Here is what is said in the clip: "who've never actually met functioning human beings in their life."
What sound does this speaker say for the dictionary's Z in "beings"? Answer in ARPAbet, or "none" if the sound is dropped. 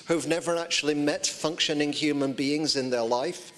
Z